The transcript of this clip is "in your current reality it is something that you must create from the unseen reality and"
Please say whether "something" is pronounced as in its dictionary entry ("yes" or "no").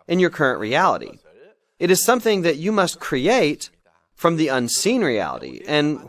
yes